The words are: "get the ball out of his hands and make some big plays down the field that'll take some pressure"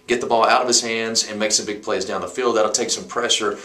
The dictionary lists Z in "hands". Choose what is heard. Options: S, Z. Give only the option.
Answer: Z